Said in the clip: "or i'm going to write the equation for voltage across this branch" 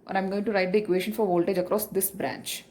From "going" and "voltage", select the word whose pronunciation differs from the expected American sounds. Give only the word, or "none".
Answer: none